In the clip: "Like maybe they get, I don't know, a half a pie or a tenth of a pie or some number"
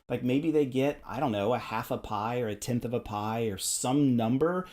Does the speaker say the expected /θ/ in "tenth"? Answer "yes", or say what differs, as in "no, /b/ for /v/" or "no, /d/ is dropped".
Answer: yes